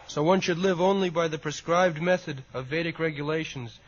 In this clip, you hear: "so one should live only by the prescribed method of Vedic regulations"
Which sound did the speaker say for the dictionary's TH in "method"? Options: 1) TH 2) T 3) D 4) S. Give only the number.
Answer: 1